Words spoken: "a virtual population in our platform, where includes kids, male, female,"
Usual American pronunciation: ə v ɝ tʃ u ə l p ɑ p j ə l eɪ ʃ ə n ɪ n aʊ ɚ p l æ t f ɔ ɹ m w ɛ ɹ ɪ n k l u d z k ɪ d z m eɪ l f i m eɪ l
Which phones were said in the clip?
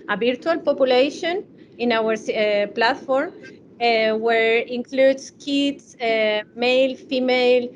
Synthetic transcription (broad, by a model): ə b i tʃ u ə l p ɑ p j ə l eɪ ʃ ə n ɪ n aʊ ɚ p l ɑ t f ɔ ɹ m w ɛ ɹ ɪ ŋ k l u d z k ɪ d s m eɪ l f i m eɪ l